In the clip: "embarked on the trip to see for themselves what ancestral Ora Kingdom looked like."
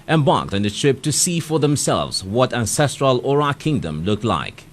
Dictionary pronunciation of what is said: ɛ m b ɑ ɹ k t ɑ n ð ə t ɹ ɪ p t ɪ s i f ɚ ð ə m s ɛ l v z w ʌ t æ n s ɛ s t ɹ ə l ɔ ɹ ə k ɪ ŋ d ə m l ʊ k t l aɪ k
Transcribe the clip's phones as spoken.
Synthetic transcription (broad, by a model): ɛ m b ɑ ɹ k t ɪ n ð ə t ɹ ɪ p t ɪ s i f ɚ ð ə m s ɛ l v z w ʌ t æ n s ɛ s t ɹ ə l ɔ ɹ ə k ɪ ŋ d ə m l ʊ k t l aɪ k